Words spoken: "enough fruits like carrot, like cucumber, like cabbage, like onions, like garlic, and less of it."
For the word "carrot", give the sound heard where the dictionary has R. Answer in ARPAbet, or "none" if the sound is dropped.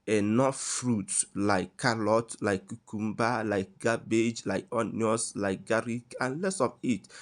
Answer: L